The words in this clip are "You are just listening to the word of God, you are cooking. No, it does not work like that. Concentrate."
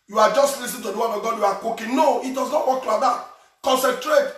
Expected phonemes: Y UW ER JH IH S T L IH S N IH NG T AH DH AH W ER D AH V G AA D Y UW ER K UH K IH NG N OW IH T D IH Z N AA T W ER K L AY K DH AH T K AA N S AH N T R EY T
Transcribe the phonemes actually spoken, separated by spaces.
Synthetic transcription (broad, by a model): Y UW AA JH IH S T L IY S IH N T AH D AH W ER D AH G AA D Y UW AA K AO K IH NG N OW IH T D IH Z N AA T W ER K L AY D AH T K AA N S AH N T R EY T